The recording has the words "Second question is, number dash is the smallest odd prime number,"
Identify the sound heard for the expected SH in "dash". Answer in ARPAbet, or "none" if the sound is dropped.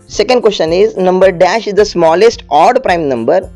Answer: SH